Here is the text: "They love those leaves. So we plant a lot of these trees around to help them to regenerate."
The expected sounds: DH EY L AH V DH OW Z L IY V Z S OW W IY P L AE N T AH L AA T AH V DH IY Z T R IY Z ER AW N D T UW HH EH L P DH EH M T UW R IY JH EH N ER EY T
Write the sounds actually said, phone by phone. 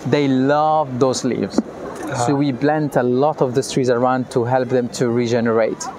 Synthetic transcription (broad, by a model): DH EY L AH V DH OW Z L IY V Z S OW W IY B L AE N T AH L AA T AH V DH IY S T R IY Z ER AW N D T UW HH EH L P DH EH M T UW R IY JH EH N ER EY T